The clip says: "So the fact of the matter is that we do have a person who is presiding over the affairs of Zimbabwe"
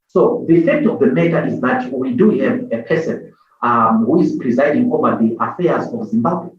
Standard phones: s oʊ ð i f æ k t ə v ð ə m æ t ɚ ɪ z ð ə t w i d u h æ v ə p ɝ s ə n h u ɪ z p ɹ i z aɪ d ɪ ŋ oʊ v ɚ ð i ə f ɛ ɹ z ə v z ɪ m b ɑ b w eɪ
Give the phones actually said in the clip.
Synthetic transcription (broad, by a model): s oʊ ð i f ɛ k t ə v ð ə m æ t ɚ ɪ z ð ə t w i d u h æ v ə p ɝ s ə n h u ɪ z p ɹ i z aɪ d ɪ ŋ oʊ v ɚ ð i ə f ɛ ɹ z ə v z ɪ m b ɑ b w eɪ